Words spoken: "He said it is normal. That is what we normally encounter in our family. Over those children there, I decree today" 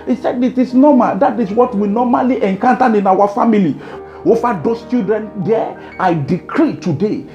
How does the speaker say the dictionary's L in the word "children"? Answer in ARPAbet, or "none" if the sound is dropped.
none